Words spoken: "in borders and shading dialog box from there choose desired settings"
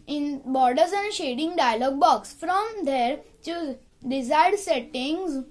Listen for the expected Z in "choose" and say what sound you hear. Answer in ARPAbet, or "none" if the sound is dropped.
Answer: none